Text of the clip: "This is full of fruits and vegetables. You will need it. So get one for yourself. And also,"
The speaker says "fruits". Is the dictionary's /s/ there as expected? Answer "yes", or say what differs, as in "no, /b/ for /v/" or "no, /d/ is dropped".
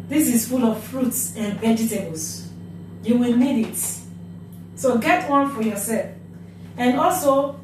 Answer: yes